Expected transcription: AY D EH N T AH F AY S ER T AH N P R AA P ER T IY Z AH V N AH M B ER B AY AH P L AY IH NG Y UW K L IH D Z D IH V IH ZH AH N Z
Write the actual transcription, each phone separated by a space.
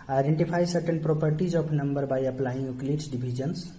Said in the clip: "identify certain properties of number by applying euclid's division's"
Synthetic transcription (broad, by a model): AY D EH N T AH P AY S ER T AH N P R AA P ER T IY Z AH P N AH M B ER B AY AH P L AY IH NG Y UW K L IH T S D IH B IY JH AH N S